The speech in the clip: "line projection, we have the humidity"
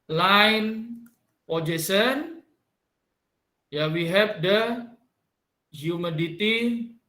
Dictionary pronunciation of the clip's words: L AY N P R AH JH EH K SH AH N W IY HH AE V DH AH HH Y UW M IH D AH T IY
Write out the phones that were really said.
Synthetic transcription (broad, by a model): L AY N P AH JH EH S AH N W IY HH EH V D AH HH Y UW M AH D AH T IY